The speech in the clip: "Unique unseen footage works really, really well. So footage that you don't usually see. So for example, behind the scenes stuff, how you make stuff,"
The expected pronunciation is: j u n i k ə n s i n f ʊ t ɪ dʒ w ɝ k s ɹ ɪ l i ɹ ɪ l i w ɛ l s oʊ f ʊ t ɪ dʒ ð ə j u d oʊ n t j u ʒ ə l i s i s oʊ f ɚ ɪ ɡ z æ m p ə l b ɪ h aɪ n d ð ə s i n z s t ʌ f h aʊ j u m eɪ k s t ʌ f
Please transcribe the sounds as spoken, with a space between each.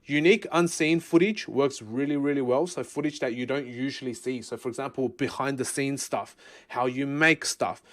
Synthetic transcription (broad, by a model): j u n i k ə n s i n f ʊ t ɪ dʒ w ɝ k s ɹ ɪ l i ɹ ɪ l i w ɛ l s oʊ f ʊ t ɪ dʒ ð ə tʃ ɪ d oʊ n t j u ʒ ə l i s i s oʊ f ɚ ɪ ɡ z æ m p ə l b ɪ h aɪ n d ð ə s i n s t ʌ f h aʊ j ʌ m eɪ k s t ʌ f